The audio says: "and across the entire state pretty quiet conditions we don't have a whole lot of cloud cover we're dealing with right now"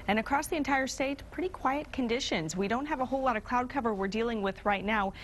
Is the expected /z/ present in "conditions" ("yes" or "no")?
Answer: yes